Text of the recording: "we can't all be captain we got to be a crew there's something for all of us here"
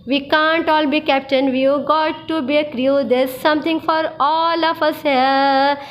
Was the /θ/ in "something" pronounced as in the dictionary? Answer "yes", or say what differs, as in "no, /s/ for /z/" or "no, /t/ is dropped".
no, /t/ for /θ/